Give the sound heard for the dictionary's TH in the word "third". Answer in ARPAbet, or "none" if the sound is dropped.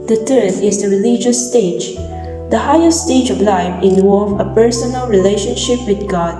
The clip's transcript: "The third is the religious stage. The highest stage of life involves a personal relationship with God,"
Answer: T